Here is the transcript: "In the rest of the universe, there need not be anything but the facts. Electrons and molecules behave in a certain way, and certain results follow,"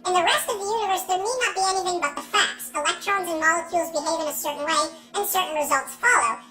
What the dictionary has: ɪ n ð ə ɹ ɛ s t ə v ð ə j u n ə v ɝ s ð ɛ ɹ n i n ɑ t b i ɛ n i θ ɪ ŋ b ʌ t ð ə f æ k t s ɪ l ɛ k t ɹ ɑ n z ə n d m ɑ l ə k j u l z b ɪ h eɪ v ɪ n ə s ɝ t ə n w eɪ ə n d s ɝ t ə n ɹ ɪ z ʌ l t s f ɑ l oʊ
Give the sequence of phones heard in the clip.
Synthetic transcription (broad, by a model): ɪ n ð ə ɹ ɛ s t ə v ð ə j u n ə v ɝ s ð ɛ ɹ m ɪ n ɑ t b i ɛ n i θ ɪ ŋ b ʌ t ð ə f æ k t s ɪ l ɛ k t ɹ ɑ n z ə n m ɑ l ə k j u l z b ɪ h eɪ v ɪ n ə s ɝ t n w eɪ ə n s ɝ t n ɹ ɪ z ʌ l t s f ɑ l oʊ